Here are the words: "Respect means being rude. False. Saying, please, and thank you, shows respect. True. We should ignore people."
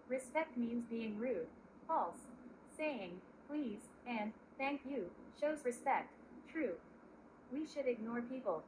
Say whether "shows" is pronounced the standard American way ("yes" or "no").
yes